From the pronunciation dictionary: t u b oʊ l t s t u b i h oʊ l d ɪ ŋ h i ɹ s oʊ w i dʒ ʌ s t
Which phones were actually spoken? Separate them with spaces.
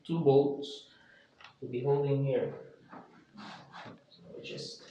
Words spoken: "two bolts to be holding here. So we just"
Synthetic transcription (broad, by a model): t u b oʊ t s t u b i h oʊ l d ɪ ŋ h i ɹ s oʊ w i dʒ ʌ s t